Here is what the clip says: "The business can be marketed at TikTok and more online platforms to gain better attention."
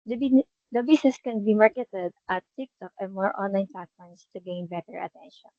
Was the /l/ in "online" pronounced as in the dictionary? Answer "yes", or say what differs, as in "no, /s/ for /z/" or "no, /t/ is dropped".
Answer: yes